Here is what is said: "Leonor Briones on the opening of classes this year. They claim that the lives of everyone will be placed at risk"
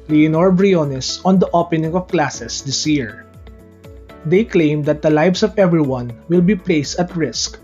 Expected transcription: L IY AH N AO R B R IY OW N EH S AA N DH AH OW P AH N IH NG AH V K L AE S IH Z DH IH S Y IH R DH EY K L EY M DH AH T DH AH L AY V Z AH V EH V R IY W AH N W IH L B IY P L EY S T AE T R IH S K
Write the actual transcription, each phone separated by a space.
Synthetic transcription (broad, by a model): L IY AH N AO R B R IY OW N EH S AA N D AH OW P AH N IH NG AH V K L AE S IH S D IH S Y IH R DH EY K L EY M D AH T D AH L AY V S AH V EH V R IY W AH N W IH L B IY P L EY S T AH T R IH S K